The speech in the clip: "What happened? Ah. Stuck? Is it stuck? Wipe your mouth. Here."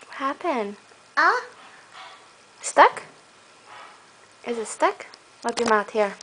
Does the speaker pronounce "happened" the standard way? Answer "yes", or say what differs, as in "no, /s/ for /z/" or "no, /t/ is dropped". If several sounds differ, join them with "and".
no, /d/ is dropped